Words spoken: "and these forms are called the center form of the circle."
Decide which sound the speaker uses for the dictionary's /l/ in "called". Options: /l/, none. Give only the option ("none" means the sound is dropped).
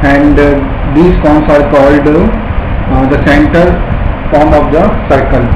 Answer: /l/